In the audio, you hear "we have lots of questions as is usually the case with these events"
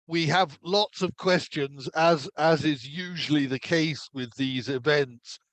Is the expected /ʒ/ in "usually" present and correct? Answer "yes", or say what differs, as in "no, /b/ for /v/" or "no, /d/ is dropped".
yes